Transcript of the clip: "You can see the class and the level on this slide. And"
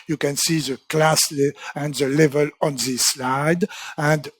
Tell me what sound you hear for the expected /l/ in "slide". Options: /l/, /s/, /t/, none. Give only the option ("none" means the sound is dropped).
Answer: /l/